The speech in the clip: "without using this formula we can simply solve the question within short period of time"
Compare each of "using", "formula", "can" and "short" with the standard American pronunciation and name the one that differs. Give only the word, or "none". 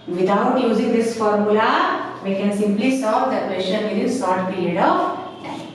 short